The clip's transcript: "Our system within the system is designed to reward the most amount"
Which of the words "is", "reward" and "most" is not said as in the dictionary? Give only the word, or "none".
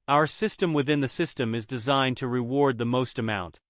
none